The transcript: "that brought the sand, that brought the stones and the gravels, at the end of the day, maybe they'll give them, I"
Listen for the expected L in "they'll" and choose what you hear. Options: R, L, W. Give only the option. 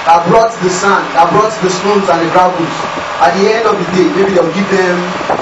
W